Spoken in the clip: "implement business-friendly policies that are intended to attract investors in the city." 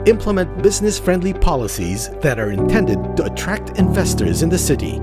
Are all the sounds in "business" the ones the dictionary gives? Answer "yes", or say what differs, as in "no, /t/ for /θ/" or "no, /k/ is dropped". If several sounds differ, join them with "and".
yes